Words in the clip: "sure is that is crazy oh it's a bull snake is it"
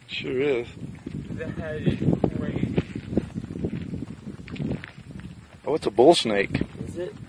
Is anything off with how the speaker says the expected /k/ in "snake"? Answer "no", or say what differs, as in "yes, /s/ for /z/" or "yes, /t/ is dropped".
yes, /k/ is dropped